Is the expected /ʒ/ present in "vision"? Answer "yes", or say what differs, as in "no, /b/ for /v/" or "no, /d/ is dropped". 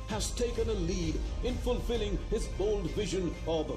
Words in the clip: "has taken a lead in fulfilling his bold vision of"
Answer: yes